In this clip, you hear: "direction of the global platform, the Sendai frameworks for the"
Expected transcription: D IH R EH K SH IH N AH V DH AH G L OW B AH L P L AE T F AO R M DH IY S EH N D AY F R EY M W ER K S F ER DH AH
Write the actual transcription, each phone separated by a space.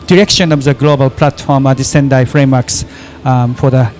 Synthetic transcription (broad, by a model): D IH R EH K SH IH N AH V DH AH G L OW B AH L P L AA T F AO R M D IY S EH N D AY F R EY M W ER K S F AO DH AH